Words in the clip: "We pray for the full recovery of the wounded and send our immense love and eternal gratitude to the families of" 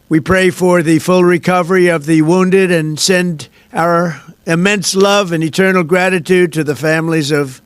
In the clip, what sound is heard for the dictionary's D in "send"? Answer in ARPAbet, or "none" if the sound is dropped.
D